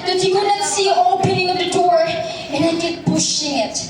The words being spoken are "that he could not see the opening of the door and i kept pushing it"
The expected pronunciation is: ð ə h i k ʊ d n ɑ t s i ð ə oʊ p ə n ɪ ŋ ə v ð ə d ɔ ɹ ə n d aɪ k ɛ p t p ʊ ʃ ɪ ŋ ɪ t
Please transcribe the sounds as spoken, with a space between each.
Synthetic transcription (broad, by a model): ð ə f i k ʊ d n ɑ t s i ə oʊ p ə n ɪ ŋ ə v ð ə d ɔ ɹ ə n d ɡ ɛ t b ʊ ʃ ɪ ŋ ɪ t